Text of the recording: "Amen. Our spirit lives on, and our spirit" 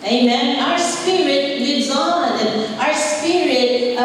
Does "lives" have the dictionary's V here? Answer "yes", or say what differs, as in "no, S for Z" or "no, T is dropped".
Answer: no, V is dropped